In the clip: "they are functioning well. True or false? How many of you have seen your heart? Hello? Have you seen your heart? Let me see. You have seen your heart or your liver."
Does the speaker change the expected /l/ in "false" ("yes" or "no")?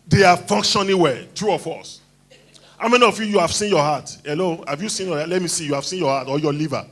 yes